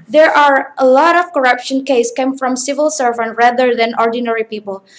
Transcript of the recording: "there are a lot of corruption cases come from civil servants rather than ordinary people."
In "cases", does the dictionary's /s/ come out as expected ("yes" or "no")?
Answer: no